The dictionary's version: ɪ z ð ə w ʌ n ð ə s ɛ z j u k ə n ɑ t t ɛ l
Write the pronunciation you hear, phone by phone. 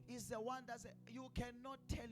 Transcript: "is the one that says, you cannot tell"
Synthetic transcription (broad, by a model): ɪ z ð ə w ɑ n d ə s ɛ j u k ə n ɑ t t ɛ l